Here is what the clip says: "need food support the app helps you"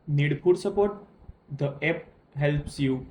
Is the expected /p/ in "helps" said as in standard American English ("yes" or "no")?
yes